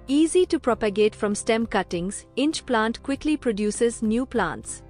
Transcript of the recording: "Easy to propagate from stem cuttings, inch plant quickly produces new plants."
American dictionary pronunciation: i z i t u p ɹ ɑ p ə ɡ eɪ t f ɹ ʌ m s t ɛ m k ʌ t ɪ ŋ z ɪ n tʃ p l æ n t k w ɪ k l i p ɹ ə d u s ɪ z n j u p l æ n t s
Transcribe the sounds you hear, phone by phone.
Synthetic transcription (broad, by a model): i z i t u p ɹ ɑ p ə ɡ eɪ t f ɹ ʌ m s t ɛ m k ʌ t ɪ ŋ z ɪ n tʃ p l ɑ n t k w ɪ k l i p ɹ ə d u s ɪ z n j u p l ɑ n t s